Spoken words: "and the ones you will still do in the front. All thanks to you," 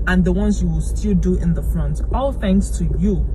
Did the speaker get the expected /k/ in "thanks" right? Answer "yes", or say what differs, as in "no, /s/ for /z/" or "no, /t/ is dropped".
no, /k/ is dropped